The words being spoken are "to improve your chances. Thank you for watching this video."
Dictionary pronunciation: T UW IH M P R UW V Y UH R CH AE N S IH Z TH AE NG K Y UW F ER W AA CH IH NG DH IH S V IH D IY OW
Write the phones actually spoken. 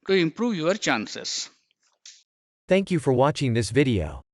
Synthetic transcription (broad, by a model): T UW IH M P R UW V Y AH R CH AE N S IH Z TH AE NG K Y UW F ER W AA CH IH NG DH IH S V IH D IY OW